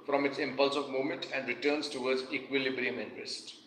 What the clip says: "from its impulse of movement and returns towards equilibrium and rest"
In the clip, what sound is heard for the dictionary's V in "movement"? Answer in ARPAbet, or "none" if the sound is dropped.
none